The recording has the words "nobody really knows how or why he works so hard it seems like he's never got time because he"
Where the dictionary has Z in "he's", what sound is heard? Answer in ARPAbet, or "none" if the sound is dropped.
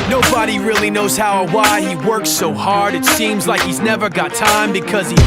Z